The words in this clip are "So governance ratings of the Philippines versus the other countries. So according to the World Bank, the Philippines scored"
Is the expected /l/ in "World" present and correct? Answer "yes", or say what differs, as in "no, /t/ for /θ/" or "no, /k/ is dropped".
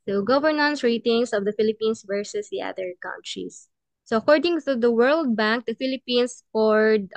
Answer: yes